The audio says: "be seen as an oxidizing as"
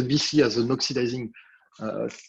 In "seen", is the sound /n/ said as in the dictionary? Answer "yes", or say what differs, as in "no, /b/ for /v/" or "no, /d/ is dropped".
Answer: no, /n/ is dropped